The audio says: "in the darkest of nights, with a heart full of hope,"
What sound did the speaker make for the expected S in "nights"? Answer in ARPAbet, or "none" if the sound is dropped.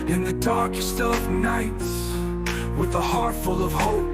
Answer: S